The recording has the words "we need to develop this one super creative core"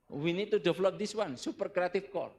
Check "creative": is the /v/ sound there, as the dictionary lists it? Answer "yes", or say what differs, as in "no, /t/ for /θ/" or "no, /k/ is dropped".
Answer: no, /f/ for /v/